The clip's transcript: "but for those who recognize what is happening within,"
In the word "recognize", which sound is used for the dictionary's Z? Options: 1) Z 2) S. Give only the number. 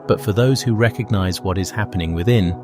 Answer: 1